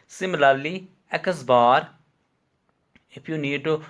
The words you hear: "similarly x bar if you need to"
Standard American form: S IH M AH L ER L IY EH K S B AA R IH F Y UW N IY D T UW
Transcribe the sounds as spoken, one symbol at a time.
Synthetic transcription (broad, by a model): S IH M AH L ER L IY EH K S B AA R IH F Y UW N IY D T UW